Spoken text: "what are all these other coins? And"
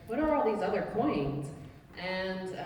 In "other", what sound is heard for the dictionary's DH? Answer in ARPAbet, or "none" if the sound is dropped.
DH